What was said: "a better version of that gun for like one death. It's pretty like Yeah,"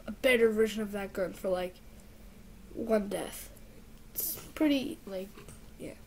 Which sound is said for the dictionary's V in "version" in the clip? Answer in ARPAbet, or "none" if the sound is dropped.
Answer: V